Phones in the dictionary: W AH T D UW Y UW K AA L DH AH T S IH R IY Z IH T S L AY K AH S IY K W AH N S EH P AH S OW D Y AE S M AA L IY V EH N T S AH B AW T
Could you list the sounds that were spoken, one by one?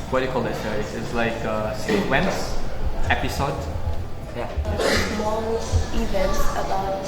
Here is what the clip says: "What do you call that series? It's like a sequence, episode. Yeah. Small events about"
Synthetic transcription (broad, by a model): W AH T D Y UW K AA L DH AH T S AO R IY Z IH T S L AY K AH S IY W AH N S EH P AH S OW D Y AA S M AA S IY V EH N T S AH B AW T